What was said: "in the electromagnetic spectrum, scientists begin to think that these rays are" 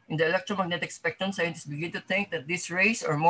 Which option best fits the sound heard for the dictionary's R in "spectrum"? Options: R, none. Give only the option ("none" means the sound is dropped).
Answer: none